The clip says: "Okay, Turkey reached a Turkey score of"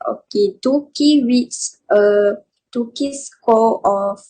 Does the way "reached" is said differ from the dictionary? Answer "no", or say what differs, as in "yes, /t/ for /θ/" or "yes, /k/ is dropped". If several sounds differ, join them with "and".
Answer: yes, /w/ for /ɹ/